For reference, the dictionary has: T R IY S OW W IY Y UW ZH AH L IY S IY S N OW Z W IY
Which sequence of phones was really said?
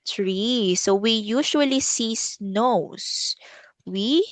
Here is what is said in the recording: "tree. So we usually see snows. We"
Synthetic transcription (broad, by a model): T R IY S OW W IY Y UW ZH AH L IY S IY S N OW S W IY